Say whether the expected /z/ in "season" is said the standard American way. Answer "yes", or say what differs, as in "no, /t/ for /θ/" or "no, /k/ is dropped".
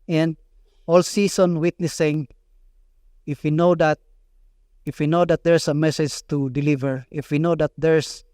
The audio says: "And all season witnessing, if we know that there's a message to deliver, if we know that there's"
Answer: no, /s/ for /z/